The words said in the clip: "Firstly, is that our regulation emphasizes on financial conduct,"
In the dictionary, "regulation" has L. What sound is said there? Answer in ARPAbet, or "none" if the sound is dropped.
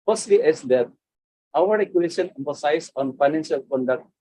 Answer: none